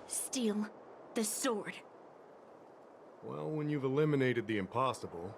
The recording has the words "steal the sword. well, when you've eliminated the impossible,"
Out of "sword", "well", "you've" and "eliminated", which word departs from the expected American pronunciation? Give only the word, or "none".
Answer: none